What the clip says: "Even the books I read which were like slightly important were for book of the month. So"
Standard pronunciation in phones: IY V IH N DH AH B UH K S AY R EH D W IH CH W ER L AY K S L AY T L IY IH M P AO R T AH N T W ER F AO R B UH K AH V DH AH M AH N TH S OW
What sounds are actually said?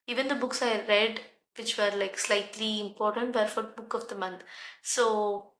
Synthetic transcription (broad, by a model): IY V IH N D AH B UH K S AY R EH D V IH CH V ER L AY K S L AY T L IY IH M P AO R T AH N T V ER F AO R B UH K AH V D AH M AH N T S OW